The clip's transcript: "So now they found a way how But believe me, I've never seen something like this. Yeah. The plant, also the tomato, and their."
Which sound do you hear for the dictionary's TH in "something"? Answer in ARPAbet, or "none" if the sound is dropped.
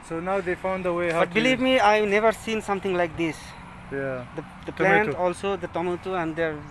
T